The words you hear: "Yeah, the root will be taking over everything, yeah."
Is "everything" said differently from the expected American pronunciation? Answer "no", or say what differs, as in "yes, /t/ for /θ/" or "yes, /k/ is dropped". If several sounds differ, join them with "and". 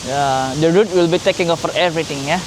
yes, /t/ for /θ/